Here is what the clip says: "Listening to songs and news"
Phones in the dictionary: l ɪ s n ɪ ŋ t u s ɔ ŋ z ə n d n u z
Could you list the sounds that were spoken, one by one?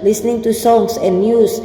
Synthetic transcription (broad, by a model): l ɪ s n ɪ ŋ t u s ɔ ŋ s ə n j u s